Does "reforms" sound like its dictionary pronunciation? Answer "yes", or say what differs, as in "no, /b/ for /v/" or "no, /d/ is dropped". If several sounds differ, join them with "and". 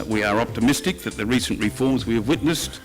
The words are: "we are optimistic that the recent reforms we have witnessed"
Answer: yes